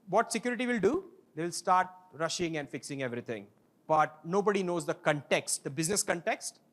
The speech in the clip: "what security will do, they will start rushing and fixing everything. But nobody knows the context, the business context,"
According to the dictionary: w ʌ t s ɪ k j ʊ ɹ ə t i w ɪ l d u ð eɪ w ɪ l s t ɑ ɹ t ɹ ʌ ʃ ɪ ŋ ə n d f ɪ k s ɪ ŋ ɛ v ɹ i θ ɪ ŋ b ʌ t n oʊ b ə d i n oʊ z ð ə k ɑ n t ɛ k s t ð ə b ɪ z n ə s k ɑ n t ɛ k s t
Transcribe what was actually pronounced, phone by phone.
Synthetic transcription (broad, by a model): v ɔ t s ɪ k j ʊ ɹ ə t i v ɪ l d u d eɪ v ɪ l s t ɑ ɹ t ɹ ʌ ʃ ɪ ŋ ə n d f ɪ k s ɪ ŋ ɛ v ɹ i t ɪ ŋ b ʌ t n oʊ b ə d i n oʊ z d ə k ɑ n t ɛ k s t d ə b ɪ z n ə s k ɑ n t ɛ k s t